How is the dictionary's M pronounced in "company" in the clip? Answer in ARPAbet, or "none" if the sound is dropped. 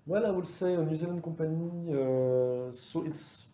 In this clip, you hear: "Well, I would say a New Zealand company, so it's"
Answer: none